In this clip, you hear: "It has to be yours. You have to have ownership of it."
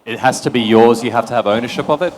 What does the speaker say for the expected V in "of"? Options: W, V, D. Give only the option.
V